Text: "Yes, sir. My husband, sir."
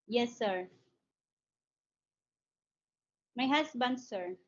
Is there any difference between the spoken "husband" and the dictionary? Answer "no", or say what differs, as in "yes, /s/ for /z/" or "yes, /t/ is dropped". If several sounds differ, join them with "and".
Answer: yes, /s/ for /z/